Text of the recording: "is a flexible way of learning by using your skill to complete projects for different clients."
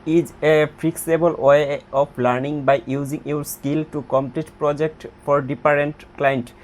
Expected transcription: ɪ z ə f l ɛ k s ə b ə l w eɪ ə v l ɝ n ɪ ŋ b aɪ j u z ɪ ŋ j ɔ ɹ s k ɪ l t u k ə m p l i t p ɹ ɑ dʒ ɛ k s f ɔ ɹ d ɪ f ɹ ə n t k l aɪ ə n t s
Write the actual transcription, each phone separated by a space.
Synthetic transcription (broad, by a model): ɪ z ə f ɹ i k s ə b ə l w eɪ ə p l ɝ n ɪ ŋ b aɪ j u z ɪ ŋ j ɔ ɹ s k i l t u k ə m p l i t p ɹ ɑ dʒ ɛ k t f ɔ ɹ d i p ɹ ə n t k l aɪ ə n t